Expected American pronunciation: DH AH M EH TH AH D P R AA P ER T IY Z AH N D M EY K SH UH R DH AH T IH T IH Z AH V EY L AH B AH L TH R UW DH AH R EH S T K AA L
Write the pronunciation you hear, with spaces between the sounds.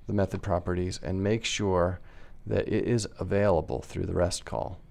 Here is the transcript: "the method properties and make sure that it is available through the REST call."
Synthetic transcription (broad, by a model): DH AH M EH TH AH D P R AA P ER T IY Z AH N M EY K SH UH R DH AH T IH T IH Z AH V EY L AH B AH L TH R UW DH AH R EH S T K AA L